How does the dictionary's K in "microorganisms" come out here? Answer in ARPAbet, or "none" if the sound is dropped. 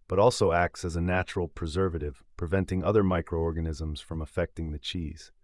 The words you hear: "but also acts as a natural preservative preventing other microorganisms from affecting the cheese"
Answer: K